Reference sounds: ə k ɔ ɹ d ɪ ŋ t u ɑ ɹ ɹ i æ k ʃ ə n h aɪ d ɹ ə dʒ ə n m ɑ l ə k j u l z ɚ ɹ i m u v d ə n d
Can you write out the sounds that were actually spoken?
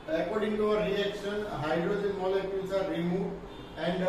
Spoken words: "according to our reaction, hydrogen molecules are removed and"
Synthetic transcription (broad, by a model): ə k ɔ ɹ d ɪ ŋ t u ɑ w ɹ i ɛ k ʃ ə n h aɪ d ɹ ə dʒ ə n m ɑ l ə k j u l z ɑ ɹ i m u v ə n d